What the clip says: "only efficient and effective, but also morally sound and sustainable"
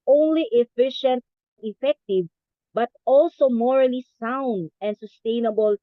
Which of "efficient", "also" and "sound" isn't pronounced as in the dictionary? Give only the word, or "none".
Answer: none